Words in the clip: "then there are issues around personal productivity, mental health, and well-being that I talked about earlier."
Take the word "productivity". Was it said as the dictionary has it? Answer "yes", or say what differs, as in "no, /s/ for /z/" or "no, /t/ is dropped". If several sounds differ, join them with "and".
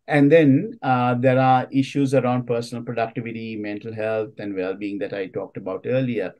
yes